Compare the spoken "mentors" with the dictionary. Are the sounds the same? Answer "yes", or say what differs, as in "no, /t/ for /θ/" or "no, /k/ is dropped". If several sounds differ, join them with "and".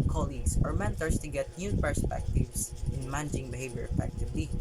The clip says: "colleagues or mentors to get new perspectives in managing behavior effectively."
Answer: no, /s/ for /z/